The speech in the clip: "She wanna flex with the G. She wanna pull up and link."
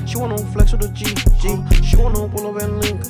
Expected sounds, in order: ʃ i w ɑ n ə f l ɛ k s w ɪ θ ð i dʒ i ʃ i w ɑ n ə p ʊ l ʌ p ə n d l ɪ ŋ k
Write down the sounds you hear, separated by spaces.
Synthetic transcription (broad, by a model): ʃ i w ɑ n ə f l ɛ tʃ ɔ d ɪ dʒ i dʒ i ʃ i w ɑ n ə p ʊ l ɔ b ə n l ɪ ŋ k